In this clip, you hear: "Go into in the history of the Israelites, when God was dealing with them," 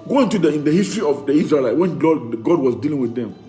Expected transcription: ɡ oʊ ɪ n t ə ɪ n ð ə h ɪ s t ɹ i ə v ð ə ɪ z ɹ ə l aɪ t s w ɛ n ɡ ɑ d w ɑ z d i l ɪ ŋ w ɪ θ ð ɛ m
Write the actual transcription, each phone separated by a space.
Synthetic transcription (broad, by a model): ɡ oʊ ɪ n t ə ɪ n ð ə h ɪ s t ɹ i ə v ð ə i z ɹ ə l aɪ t w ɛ n ɡ ɑ d w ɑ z d i l ɪ ŋ w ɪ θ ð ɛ m